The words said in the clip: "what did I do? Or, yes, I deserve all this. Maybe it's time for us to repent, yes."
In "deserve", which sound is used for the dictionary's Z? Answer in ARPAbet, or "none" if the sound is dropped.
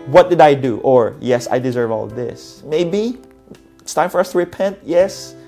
Z